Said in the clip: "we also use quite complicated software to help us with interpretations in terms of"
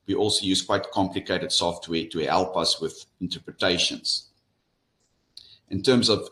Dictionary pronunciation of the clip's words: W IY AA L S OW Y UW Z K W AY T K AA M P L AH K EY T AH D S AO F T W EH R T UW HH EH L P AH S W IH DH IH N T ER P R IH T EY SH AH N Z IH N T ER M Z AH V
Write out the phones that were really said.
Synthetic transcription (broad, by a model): W IY AA L S OW Y UW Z K W AY T K AA M P L AH K EY T AH D S AO F T W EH T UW HH EH L P AH S W IH DH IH N T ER P R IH T EY SH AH N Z IH N T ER M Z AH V